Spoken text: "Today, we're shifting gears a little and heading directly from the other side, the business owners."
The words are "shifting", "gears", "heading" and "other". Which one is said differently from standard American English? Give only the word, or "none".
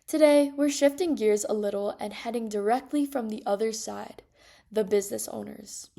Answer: none